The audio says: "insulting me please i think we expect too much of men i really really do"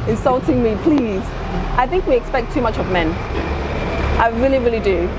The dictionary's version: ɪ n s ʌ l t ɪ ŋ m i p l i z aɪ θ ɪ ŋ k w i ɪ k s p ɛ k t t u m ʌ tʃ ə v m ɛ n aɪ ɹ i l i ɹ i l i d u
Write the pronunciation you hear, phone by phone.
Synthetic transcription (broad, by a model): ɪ n s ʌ l t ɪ ŋ m i p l i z aɪ θ ɪ ŋ k w i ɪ k s p ɛ k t t u m ʌ tʃ ə v m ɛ n aɪ ɹ i l i ɹ i l i d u